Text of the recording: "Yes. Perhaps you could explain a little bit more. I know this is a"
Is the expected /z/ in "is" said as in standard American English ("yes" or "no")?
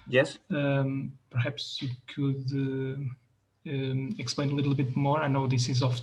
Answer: yes